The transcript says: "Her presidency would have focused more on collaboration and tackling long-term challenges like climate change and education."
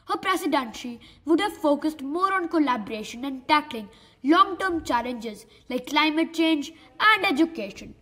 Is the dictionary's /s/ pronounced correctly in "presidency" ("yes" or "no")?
no